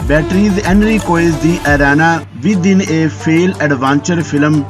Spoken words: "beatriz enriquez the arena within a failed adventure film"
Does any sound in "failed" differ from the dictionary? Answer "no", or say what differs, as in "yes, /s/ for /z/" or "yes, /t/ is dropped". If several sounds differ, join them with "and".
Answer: yes, /d/ is dropped